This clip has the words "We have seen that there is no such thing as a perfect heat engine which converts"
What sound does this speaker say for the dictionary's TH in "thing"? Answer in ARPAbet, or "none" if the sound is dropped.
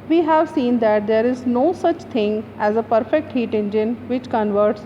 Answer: T